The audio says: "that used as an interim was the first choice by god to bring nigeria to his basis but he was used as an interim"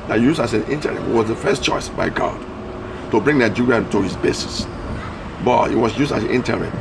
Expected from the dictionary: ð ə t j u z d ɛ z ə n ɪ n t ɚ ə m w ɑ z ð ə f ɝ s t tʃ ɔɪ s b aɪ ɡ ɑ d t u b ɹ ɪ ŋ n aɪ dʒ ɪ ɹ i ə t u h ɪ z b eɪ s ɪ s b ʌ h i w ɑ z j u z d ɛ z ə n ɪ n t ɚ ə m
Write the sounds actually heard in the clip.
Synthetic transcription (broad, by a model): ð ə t j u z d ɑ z ə n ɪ n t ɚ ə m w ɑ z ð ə f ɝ s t tʃ ɔɪ s b aɪ ɡ ɑ d t u b ɹ ɪ ŋ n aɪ dʒ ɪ ɹ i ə t u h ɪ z b eɪ s ɪ s b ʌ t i w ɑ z j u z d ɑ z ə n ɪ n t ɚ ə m